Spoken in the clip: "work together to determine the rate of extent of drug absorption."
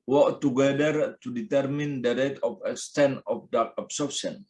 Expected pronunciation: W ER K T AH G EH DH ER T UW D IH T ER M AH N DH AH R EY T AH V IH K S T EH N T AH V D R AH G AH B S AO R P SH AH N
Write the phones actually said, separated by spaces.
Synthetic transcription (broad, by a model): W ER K T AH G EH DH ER T UW D IH T ER M AH N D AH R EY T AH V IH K S T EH N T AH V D AH AH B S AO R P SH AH N